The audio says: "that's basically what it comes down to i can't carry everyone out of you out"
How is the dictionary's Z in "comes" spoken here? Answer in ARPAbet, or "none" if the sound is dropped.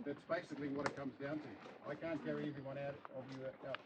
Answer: Z